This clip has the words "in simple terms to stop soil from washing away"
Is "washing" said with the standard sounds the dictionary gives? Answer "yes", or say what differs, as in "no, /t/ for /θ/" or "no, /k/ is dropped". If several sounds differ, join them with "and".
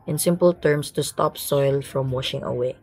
yes